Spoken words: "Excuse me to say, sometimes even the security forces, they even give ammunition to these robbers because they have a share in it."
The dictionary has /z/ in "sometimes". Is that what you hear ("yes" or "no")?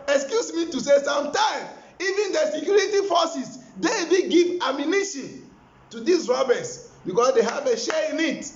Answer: no